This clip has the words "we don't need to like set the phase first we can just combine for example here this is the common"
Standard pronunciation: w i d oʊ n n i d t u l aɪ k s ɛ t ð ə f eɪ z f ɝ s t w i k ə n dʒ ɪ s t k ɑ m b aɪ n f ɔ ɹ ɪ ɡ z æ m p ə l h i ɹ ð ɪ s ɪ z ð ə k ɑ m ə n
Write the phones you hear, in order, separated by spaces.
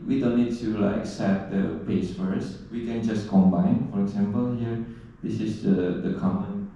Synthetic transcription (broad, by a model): w i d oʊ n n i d t u l aɪ k s ɛ t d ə p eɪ s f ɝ s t w i k ə n dʒ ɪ s k ɑ m b aɪ n f ɔ ɹ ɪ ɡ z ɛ m p ə l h i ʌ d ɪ s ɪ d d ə k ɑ m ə n